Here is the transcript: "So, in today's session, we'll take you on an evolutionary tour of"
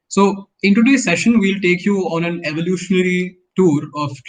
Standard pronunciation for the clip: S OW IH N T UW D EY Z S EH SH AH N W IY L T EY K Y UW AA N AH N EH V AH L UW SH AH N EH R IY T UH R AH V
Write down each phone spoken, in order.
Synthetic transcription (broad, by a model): S OW IH N T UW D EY S EH SH AH N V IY L T EY K Y UW AA N AH N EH V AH L UW SH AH N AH R IY T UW R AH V